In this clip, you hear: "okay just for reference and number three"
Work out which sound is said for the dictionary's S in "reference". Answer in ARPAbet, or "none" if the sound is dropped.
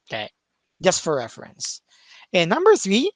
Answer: S